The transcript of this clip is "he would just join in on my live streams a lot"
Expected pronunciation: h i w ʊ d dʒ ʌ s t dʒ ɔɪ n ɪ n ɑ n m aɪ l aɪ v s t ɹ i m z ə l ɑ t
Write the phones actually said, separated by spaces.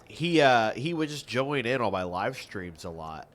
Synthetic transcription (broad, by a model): h i w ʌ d dʒ ʌ s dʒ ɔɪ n ɪ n ɑ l m aɪ l aɪ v s t ɹ i m z ə l ɑ t